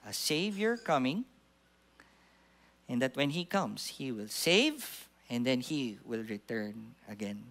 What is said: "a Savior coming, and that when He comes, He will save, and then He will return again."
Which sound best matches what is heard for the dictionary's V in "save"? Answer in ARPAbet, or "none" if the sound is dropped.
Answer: V